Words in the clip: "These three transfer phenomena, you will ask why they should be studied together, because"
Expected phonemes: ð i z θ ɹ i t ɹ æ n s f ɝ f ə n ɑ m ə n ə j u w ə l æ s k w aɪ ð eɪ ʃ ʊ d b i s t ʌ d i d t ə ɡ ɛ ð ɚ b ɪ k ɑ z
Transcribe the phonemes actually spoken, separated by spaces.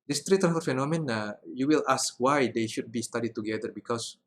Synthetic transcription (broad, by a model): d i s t ɹ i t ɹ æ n f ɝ f ə n ɑ m ə n ə j u w ə l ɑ s k w aɪ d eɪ ʃ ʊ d b i s t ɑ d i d t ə ɡ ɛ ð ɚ b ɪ k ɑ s